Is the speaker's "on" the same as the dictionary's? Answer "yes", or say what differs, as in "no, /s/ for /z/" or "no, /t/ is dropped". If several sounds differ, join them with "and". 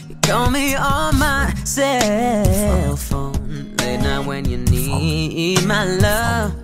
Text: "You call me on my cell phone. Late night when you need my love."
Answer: no, /l/ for /n/